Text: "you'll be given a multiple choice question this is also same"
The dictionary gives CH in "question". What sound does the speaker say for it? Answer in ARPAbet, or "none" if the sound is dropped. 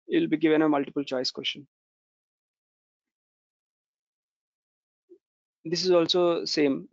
SH